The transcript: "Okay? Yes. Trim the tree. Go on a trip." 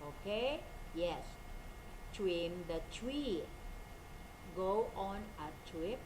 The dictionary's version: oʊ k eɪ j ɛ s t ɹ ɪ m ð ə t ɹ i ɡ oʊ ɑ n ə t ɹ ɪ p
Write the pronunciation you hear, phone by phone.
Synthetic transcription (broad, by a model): oʊ k eɪ j ɛ s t w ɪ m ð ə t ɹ i ɡ oʊ ɑ n ə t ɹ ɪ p